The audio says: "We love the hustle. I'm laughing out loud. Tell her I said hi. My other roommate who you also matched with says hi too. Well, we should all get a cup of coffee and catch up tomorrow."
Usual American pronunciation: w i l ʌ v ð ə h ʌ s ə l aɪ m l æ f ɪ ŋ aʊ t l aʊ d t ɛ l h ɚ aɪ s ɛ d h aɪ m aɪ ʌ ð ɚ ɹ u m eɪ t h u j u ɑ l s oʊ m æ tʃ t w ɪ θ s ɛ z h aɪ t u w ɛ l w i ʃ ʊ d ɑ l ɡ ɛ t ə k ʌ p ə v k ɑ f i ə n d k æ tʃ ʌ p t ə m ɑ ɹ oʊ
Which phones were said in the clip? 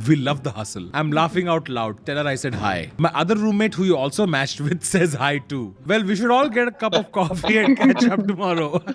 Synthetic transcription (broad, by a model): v i l ʌ v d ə h ʌ s ə l aɪ m l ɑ f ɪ ŋ aʊ t l aʊ d t ɛ l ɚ aɪ s ɛ d h aɪ m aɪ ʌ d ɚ ɹ u m eɪ t h u j u ɑ l s oʊ m æ tʃ t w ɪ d s ɛ z h aɪ t u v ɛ l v i ʃ ʊ d ɑ l ɡ ɛ t ə k ʌ p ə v k ɑ f i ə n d k æ tʃ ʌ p t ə m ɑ ɹ oʊ